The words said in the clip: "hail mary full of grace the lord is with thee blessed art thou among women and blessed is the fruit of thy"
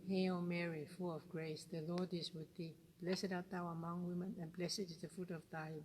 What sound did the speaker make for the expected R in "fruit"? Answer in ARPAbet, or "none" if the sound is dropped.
none